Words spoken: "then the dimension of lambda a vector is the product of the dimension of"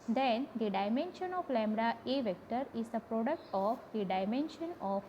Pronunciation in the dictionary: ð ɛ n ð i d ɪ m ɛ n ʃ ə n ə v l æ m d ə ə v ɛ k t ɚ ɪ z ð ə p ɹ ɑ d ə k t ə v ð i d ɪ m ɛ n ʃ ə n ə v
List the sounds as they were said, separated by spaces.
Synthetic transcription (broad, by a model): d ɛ n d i d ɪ m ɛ n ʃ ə n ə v l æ m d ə ə v ɛ k t ɚ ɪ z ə p ɹ ɑ d ə k t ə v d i d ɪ m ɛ n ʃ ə n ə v